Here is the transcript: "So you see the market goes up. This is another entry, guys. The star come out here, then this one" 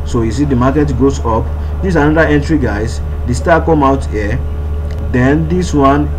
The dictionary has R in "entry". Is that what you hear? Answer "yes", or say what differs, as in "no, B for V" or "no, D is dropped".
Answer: yes